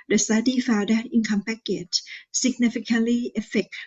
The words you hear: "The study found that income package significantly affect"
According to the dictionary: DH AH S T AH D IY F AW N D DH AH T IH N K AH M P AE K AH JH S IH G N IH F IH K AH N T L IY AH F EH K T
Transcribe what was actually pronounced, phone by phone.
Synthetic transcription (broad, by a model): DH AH S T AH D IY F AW D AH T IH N K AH M P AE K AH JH S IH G N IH F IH K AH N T L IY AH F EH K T